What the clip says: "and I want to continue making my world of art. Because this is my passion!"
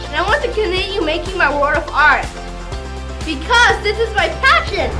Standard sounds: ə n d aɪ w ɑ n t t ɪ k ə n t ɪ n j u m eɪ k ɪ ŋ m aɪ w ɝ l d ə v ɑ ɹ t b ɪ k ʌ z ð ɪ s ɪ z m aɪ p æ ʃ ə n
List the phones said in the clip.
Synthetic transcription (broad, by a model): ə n aɪ w ɑ n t t ɪ k ə n t ɪ n j u m eɪ k ɪ ŋ m aɪ w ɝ d ə v ɑ ɹ t b ɪ k ʌ z ð ɪ s ɪ z m aɪ p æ ʃ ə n